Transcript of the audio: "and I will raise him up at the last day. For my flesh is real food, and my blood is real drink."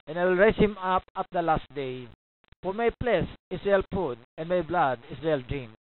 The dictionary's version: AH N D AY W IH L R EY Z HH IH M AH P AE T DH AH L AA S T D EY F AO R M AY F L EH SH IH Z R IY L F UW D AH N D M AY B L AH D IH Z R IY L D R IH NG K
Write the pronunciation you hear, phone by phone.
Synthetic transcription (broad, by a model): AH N AY W IH L R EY S HH IH M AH P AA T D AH L AA S T D EY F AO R M AY P L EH S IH S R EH L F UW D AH N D M AY B L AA D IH S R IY L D R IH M